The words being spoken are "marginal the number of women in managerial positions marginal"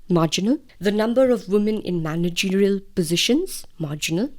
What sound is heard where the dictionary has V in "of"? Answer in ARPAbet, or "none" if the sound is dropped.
V